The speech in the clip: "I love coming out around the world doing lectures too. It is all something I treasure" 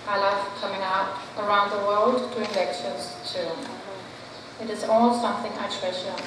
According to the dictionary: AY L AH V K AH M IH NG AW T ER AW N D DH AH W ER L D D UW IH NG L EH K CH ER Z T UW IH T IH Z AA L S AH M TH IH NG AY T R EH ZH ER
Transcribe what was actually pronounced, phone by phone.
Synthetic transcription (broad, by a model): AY L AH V K AH M IH NG AW T ER AW N D DH AH W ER L D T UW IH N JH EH K SH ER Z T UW IH T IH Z AA L S AH M TH IH NG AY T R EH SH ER